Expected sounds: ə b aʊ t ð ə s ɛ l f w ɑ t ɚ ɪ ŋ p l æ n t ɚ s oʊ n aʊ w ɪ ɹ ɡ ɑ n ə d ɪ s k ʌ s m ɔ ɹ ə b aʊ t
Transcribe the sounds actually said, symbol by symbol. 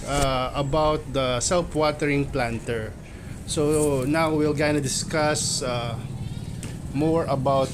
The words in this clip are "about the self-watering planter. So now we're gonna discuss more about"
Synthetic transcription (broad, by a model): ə b aʊ t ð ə s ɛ l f w ɑ t ɚ ɪ ŋ p l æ n t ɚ s oʊ n aʊ w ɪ l ɡ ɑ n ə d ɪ s k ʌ s m ɔ ɹ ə b aʊ t